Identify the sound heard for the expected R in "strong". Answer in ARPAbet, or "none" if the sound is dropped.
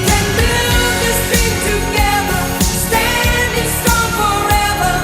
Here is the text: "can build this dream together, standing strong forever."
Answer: none